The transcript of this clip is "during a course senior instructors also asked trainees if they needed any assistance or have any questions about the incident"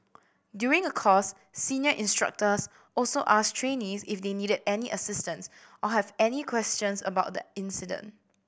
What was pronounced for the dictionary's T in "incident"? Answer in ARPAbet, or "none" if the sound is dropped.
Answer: T